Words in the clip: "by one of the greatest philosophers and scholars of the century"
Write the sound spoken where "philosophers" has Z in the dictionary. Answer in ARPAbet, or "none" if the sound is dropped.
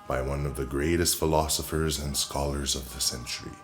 Z